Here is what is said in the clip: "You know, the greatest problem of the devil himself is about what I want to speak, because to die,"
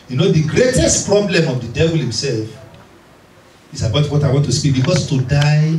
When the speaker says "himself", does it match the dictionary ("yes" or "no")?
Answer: yes